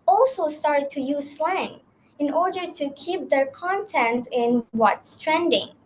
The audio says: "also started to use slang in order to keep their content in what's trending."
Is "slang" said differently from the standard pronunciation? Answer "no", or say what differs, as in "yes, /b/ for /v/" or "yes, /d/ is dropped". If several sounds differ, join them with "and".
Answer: no